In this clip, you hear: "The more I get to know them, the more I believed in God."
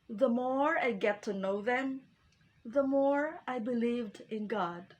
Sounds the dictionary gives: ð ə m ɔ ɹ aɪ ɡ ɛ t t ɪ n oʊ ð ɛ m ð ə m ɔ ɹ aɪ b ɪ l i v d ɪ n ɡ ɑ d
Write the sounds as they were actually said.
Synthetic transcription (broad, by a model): ð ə m ɔ ɹ aɪ ɡ ɛ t t ɪ n oʊ ð ɛ m ð ə m ɔ ɹ aɪ b ɪ l i v d ɪ n ɡ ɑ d